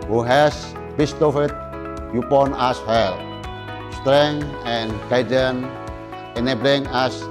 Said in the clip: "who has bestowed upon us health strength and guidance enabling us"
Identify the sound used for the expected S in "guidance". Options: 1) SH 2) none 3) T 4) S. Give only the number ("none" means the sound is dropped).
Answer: 2